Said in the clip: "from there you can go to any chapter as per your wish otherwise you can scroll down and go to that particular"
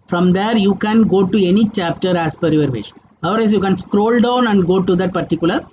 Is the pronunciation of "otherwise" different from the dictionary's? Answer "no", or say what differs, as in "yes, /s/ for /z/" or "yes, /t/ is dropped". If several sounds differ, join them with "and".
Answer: yes, /ð/ is dropped